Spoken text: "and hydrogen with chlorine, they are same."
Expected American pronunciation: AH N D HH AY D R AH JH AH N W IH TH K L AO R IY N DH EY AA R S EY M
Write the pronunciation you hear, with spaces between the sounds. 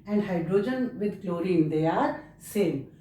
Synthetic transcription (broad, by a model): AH N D HH AY D R AH JH AH N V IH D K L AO R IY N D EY AA R S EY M